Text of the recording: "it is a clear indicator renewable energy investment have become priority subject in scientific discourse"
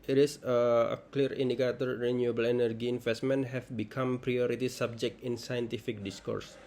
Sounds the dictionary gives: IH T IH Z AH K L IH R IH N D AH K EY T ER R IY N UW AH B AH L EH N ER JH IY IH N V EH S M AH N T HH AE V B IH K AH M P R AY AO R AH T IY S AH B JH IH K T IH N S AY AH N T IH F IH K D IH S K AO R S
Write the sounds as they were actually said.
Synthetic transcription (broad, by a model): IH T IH S AH K L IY R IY N D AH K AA T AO R IY N UW AH B AH L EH N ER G IY N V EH S M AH N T HH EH F B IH K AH M P R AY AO R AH T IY S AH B JH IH K T IH N S AY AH N T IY F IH K D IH S K AO R S